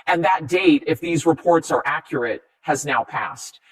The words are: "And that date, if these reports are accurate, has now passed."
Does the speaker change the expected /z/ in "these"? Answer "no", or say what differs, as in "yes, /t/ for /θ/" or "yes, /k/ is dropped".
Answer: no